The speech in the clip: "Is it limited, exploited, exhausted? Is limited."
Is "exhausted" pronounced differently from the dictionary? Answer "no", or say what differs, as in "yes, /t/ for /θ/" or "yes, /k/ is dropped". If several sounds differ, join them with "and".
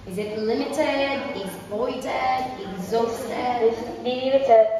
yes, /d/ is dropped